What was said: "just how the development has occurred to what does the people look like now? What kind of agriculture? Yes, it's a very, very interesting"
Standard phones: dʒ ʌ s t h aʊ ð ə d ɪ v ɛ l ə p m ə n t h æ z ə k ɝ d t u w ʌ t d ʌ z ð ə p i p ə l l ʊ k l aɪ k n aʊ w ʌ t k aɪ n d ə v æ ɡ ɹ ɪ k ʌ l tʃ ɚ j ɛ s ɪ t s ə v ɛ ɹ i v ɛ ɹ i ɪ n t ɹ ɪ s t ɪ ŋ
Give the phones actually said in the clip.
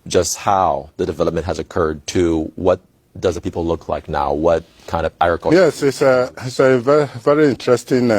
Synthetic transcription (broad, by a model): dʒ ʌ s t h aʊ ð ə d ɪ v ɛ l ə p m ə n t h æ z ə k ɝ d t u w ʌ t d ʌ z ð ə p i p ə l l ʊ k l aɪ k n aʊ w ʌ t k aɪ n d ə v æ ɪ ɹ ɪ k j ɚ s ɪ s ɪ t s ə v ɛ v ɛ ɹ i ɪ n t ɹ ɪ s t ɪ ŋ